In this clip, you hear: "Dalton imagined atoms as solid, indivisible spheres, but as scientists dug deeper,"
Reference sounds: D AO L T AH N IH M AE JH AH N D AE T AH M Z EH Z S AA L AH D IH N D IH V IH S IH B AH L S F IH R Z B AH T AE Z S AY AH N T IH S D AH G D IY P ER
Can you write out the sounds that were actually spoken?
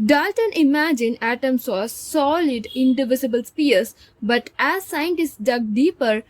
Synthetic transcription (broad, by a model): D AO L T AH N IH M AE JH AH N AE T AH M S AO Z S AA L AH D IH N D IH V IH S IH B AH L S P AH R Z B AH T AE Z S AY AH N T IH S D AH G D IY P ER